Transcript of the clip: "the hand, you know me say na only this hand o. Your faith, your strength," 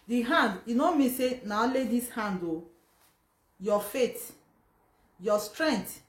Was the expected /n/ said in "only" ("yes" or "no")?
no